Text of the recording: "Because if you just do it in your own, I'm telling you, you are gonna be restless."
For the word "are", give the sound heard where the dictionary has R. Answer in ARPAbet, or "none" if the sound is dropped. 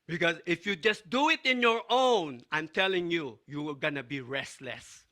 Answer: L